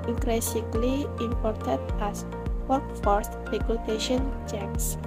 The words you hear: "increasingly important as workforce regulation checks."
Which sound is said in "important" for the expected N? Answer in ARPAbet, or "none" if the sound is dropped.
none